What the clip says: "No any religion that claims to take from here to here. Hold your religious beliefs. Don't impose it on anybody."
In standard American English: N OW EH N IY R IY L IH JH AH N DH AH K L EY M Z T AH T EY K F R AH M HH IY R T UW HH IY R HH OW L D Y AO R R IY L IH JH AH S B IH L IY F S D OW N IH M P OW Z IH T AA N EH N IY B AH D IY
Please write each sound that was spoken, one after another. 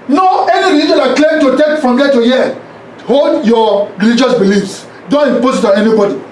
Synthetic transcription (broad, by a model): N OW EH N IY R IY IY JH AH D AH K L EY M T AH T EY K F R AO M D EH T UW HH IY HH OW L D Y AO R R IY L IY JH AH S B IH L IY F S D OW N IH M P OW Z IH T AA N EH N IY B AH D IY